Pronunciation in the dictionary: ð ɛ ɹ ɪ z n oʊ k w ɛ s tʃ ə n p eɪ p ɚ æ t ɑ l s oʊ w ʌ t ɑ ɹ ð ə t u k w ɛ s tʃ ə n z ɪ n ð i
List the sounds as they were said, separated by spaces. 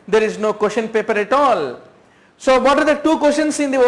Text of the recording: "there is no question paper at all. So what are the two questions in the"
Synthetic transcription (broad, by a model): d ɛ ɹ ɪ z n oʊ k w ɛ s ʃ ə n p eɪ p ɚ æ t ɑ l s oʊ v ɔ t ɑ ɹ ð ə t u k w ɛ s ʃ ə n s ɪ n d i